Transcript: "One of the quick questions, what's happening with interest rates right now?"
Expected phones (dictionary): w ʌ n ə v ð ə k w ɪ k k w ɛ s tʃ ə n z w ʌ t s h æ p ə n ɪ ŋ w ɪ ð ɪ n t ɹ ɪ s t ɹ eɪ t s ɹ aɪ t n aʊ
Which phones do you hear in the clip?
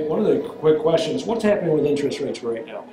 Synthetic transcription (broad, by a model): w ʌ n ə v ð ə k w ɪ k k w ɛ s tʃ ə n z w ʌ t s h æ p ə n ɪ ŋ w ɪ ð ɪ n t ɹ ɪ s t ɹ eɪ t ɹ ɹ aɪ t n aʊ